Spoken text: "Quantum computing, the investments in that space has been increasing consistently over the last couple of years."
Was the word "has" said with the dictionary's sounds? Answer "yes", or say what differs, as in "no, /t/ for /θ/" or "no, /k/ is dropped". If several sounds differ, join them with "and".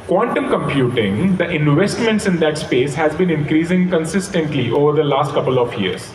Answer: yes